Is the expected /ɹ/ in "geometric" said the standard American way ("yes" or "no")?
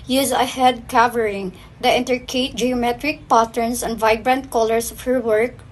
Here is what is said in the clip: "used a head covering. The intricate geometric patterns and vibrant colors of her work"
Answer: yes